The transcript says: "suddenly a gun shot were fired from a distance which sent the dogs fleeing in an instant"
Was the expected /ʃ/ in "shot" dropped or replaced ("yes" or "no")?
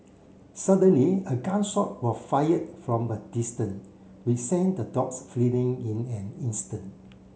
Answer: yes